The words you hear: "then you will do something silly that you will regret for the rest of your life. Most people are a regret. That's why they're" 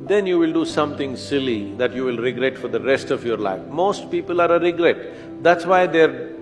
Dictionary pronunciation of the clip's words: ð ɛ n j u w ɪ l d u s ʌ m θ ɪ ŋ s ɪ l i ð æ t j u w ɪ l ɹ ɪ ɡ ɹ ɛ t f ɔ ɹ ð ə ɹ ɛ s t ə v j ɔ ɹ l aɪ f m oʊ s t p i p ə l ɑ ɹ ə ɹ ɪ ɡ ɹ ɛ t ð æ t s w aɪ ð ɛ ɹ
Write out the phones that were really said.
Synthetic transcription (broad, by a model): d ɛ n j u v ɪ l d u s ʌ m t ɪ ŋ s ɪ l i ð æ t j u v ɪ l ɹ ɪ ɡ ɹ ɛ t f ɔ ɹ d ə ɹ ɛ s t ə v j ɔ ɹ l aɪ f m oʊ s t p i p ə l ɑ ɹ ə ɹ ɪ ɡ ɹ ɛ t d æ t s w aɪ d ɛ ɹ